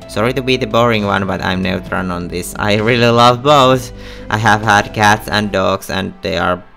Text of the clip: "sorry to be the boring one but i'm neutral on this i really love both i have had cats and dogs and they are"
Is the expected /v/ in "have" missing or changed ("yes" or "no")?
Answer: no